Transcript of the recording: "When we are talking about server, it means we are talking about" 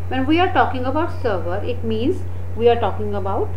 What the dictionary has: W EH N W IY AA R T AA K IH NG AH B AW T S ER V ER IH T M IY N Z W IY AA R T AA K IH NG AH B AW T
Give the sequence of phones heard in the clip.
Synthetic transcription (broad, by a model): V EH N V IY AA R T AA K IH NG AH B AW T S ER V ER IH T M IY N Z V IY AA R T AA K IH NG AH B AW T